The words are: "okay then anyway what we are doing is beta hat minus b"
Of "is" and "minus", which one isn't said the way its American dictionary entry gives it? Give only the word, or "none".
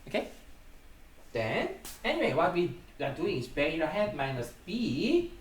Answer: is